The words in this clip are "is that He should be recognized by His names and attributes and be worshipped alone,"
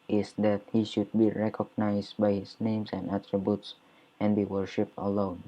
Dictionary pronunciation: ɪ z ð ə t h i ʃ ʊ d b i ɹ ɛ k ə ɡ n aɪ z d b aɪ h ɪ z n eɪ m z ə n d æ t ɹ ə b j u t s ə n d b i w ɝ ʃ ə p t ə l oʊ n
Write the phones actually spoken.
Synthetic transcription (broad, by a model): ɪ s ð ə t h i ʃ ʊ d b i ɹ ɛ k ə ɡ n aɪ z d b aɪ h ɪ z n eɪ m s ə n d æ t ɹ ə b j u t s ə n b i w ɝ ʃ ə p t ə l oʊ n